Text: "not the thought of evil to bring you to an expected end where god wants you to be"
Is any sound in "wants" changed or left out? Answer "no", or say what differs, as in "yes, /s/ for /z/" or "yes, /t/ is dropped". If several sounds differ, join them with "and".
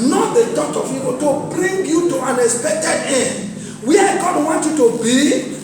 yes, /s/ is dropped